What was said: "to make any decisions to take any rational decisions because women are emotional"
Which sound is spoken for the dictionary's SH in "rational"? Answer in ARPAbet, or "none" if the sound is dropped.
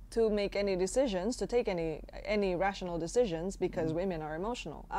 SH